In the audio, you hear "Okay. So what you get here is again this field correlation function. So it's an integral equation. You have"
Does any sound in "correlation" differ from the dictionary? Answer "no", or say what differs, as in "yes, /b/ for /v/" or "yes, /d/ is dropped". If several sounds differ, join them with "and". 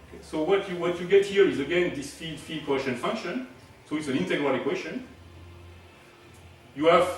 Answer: yes, /l/ is dropped